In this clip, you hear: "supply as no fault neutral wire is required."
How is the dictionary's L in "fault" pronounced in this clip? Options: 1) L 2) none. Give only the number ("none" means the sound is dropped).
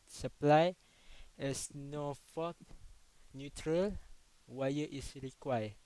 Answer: 2